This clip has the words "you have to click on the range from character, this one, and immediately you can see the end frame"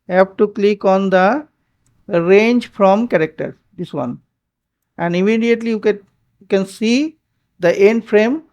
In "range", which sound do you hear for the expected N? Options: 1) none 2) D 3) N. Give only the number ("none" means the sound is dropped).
3